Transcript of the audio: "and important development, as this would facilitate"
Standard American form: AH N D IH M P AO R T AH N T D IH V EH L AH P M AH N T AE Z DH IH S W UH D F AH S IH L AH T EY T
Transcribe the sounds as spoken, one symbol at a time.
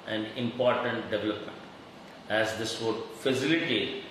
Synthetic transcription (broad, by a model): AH N D IH M P AO R T AH N T D IH V EH L AH P M AH N T AE Z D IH S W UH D F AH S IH L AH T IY